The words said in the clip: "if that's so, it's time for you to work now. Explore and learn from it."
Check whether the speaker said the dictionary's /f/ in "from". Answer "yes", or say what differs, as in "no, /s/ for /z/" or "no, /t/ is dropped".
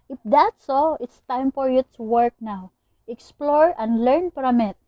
no, /p/ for /f/